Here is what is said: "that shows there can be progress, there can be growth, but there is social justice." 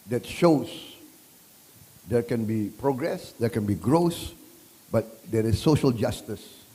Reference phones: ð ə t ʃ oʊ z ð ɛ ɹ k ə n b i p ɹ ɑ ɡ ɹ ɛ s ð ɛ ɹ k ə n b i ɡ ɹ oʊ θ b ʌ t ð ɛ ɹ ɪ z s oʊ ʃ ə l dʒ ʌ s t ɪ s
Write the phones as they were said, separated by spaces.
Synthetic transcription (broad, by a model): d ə t ʃ oʊ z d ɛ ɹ k ə n b i p ɹ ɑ ɡ ɹ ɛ s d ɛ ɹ k ə n b i ɡ ɹ oʊ s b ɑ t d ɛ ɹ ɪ s oʊ ʃ ə l dʒ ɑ s t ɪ s